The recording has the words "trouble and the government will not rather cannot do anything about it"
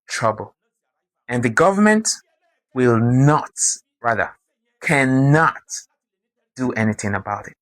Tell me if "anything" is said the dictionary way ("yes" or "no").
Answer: yes